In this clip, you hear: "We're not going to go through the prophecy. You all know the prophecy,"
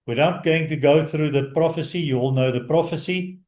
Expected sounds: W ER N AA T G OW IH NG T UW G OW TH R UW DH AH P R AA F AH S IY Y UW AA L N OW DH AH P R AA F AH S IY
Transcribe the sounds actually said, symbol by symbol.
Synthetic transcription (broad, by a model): W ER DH AA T G OW IH NG T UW G OW TH R UW DH AH P R AA F AH S IY Y UW AA L N OW DH AH P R AA F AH S IY